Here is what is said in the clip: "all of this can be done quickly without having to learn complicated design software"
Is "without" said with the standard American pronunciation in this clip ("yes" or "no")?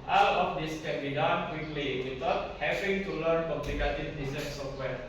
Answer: no